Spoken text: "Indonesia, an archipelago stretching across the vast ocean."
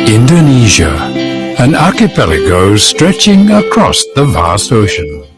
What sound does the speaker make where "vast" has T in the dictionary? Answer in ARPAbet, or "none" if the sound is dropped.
none